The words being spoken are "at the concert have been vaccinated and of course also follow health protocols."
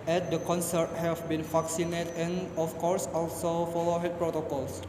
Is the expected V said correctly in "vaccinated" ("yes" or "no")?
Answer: no